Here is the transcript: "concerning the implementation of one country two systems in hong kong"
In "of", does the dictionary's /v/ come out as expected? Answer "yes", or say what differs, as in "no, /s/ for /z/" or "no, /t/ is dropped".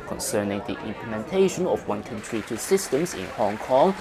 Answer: no, /f/ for /v/